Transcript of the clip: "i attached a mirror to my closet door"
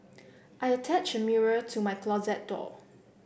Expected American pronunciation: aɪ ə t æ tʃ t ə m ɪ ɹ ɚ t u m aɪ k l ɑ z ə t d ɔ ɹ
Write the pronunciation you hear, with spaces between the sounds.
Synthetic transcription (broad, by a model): aɪ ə t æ tʃ ə m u ɹ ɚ t u m aɪ k l ɑ z ə t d ɔ